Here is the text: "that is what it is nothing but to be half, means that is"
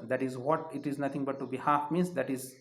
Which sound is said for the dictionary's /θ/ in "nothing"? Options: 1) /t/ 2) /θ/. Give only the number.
1